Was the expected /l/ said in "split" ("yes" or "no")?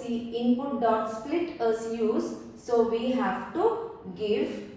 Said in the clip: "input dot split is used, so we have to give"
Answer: yes